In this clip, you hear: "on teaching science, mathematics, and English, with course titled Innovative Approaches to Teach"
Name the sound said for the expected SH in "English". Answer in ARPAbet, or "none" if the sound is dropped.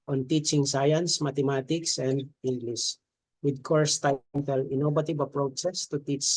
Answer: S